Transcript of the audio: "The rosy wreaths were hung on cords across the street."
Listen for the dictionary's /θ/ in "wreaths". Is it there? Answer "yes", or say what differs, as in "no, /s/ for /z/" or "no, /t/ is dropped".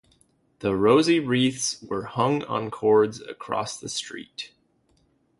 yes